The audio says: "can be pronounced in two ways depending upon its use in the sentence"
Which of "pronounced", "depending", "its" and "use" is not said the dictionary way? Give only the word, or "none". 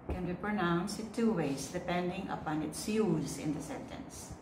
pronounced